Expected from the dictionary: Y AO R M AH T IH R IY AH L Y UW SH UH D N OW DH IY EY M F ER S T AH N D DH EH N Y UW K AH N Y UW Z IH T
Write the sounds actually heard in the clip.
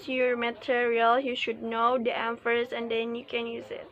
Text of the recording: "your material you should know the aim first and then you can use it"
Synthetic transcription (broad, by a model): Y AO R M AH T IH R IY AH L Y UW SH UH D N OW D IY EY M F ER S AH N D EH N Y UW K AH N Y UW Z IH T